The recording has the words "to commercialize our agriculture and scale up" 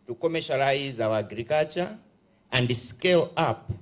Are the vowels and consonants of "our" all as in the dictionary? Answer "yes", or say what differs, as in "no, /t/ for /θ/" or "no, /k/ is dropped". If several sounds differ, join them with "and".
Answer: no, /w/ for /ɹ/